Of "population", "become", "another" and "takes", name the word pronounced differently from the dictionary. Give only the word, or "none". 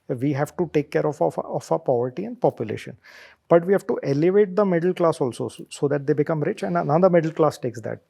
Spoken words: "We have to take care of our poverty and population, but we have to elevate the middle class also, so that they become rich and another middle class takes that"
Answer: another